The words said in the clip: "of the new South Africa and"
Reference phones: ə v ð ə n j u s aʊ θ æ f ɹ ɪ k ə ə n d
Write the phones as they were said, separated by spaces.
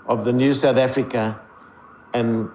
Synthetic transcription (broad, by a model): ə v ð ə n j u s aʊ θ æ f ɹ ɪ k ə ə n